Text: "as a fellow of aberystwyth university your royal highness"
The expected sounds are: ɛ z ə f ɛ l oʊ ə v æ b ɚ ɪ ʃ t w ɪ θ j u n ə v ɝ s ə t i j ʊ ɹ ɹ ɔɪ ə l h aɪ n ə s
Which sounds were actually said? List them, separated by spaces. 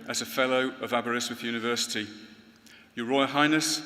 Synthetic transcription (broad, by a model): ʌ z ə f ɛ l oʊ ə v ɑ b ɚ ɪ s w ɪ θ j u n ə v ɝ s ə t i j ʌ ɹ ɹ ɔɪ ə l h aɪ n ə s